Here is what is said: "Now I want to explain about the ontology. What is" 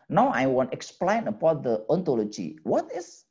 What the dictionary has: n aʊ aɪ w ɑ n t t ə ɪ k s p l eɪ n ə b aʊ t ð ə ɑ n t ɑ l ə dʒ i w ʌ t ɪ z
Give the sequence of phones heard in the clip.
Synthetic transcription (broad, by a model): n aʊ aɪ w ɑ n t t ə k s p l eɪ n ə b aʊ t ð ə ɑ n t ɑ l ə dʒ i w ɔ t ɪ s